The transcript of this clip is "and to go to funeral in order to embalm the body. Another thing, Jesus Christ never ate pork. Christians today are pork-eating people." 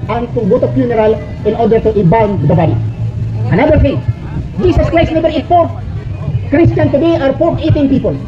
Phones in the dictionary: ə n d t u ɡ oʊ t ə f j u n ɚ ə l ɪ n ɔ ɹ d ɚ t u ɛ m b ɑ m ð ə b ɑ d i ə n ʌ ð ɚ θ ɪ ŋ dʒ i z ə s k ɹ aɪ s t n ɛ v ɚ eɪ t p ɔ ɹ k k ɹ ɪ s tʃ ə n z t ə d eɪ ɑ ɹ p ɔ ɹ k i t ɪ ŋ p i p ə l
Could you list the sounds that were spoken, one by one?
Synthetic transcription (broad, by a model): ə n t u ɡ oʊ t ə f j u n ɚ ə l ɪ n ɔ ɹ d ɚ t u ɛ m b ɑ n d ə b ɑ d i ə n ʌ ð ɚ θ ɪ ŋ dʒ i s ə s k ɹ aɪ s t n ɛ b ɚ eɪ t f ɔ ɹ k k ɹ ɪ s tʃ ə n t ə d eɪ ɑ ɹ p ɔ ɹ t i t ɪ ŋ p i p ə l